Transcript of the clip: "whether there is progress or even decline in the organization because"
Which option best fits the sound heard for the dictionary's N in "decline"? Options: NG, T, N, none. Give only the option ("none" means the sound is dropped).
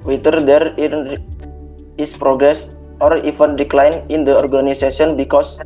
N